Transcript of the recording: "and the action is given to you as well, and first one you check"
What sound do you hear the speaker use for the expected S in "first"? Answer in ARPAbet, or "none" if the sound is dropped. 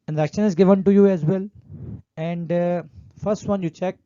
S